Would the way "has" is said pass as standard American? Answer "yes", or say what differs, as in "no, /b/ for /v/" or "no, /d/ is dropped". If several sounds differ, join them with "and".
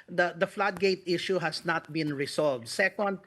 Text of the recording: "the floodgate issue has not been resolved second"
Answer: no, /s/ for /z/